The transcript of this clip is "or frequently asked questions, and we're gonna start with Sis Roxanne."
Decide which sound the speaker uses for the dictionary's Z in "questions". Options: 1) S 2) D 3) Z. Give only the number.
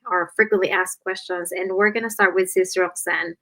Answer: 3